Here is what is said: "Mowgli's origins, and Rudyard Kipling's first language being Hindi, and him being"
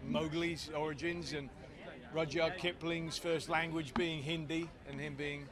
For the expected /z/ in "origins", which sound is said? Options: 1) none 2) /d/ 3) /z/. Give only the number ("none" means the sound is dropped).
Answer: 3